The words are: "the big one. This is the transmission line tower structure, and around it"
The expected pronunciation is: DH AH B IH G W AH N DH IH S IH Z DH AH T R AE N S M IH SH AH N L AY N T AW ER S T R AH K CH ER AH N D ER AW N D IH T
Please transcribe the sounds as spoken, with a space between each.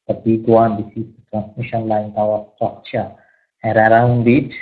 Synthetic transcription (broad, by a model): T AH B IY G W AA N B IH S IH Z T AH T R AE N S M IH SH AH N L AY N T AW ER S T AH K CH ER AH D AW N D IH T